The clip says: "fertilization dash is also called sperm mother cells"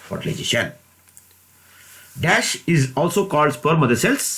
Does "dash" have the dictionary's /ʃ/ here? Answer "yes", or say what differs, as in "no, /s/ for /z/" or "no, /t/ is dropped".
yes